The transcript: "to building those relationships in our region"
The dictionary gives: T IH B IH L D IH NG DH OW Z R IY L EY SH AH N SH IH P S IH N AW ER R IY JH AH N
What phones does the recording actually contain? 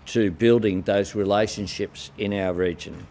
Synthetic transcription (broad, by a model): T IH B IH L D IH NG DH OW Z R IY L EY SH AH N SH IH P S IH N AW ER R IY JH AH N